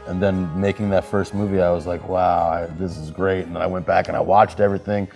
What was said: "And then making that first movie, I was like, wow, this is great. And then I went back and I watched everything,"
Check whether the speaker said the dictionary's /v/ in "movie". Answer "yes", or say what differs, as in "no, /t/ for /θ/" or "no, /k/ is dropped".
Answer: yes